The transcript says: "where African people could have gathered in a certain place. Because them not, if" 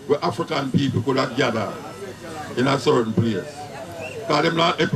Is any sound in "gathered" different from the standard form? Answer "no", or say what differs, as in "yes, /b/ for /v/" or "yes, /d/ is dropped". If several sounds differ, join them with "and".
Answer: yes, /d/ is dropped